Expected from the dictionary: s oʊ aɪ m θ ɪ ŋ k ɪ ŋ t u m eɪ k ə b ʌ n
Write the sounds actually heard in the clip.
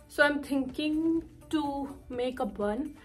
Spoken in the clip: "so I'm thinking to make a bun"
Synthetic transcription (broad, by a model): s oʊ aɪ m t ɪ ŋ k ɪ ŋ t u m eɪ k ə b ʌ n